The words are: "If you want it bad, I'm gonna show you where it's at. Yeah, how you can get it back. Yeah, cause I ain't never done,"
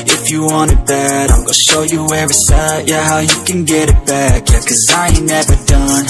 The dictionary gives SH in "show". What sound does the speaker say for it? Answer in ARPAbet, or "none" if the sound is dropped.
SH